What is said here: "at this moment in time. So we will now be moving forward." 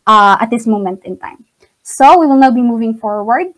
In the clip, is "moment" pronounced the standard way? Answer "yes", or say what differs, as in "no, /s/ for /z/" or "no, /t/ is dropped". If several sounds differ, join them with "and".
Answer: yes